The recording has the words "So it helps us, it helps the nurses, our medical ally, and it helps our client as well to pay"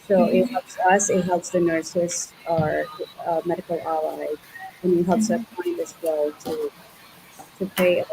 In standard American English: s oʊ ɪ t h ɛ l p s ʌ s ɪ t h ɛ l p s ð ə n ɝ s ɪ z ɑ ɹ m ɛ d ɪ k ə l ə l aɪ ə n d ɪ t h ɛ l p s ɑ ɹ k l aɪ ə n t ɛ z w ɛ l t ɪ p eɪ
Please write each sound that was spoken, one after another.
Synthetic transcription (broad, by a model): s oʊ ɪ t h ɛ l p s ʌ s ɪ t h ɛ l p s ð ə n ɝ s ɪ s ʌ ɹ m ɛ d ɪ k l ə l aɪ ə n ɪ t h ɛ l p s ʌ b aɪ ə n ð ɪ s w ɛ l t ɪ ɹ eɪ